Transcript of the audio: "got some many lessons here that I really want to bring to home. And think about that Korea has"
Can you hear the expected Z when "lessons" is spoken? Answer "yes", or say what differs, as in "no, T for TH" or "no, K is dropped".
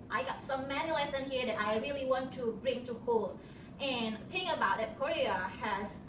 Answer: no, Z is dropped